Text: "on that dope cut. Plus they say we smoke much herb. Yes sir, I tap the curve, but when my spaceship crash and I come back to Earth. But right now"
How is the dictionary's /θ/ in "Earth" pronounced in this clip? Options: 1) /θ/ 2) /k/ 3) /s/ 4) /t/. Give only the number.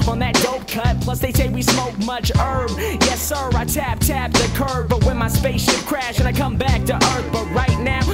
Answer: 1